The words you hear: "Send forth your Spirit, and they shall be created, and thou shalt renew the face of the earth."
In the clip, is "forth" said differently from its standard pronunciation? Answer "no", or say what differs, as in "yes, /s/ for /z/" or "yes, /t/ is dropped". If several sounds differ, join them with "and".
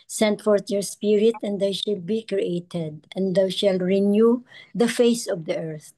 yes, /t/ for /θ/